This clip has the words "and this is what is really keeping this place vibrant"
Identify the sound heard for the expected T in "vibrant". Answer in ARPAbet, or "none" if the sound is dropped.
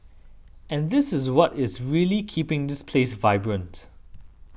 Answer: T